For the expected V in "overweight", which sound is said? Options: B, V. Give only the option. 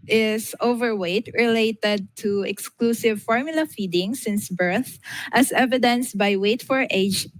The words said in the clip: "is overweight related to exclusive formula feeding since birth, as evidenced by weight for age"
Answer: V